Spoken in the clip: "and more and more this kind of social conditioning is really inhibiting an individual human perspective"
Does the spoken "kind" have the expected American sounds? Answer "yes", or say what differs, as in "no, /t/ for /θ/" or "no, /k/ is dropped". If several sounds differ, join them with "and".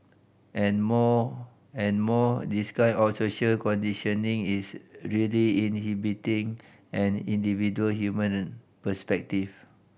no, /d/ is dropped